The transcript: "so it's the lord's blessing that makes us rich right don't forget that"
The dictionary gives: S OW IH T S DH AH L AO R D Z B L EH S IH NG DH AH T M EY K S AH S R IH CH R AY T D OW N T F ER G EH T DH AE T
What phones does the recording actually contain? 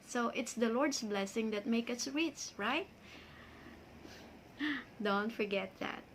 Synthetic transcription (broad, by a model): S OW IH T S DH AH L AO R D S B L EH S IH NG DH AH T M EY K AH S R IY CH R AY T D OW N T F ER G EH T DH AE T